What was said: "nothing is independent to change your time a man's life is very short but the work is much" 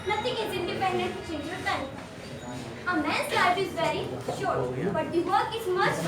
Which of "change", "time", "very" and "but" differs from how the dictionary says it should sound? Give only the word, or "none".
time